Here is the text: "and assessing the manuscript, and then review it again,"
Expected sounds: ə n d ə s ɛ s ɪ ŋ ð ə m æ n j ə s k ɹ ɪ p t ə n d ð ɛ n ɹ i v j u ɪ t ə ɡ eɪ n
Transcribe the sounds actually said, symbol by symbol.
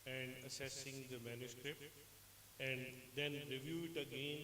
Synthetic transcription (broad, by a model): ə n d ə s ɛ s ɪ ŋ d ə m æ n j ə s k ɹ ɪ p t ə n d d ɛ n ɹ i v j u ɪ t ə ɡ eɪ n